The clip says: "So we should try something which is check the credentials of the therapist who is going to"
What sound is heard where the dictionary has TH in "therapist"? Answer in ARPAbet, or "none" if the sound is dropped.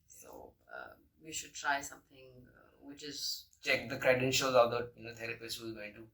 T